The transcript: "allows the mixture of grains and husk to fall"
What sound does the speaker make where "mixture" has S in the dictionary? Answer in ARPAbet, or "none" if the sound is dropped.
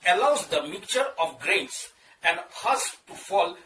none